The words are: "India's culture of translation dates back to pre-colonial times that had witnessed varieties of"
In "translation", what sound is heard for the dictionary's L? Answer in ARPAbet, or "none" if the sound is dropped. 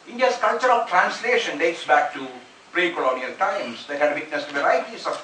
L